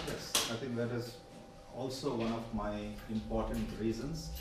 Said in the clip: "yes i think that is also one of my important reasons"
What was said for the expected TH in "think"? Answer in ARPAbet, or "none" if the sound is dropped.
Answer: T